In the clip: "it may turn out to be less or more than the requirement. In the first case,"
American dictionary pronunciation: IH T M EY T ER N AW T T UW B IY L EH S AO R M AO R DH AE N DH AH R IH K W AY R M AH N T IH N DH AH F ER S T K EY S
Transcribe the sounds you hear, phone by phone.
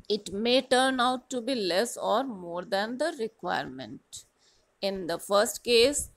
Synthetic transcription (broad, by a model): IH T M EY T ER N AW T T UW B IY L EH S AO R M AO R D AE N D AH R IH K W AY R M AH N T IH N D AH F ER S T K EY S